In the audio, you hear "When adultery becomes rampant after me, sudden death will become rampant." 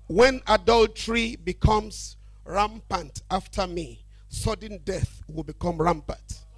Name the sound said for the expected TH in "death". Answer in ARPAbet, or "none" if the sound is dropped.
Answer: TH